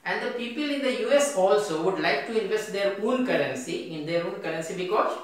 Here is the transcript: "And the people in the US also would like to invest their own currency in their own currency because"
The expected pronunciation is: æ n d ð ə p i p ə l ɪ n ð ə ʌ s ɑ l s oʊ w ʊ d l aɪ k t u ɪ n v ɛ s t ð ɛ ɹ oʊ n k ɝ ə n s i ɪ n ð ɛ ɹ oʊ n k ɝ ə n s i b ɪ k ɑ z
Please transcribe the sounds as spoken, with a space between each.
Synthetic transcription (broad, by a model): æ n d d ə p i p ə l ɪ n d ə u s ɑ l s oʊ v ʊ d l aɪ k t u ɪ n v ɛ s t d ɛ ɹ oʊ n k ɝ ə n s i ɪ n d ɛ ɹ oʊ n k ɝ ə n s i b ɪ k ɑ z